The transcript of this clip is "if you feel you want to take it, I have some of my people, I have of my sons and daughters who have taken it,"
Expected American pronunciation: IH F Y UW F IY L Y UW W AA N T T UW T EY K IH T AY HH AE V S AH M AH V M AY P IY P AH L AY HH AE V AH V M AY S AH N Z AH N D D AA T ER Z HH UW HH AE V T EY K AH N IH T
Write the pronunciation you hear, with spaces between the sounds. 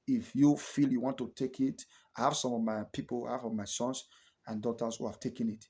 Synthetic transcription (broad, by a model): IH F Y UW F IY L Y UW W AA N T T UW T EY K IH T AY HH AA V S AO M AH V M AY P IY P AH L AY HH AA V AH V M AY S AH N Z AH N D D AA T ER S HH UW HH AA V T EY K AH N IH T